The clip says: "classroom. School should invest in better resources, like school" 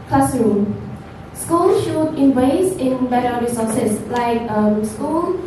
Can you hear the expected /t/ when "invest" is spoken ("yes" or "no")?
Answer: no